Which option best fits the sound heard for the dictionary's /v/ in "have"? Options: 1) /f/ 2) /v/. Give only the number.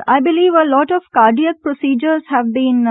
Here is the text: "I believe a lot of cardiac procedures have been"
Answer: 2